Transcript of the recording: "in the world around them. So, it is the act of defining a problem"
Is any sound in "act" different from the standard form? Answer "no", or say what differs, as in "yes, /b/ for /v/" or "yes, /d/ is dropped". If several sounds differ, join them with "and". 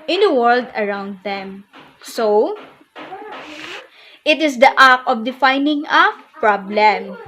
yes, /t/ is dropped